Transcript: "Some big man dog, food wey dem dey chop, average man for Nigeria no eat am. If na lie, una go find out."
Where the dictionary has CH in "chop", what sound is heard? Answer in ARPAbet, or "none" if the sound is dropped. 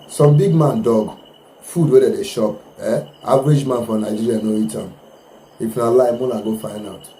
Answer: SH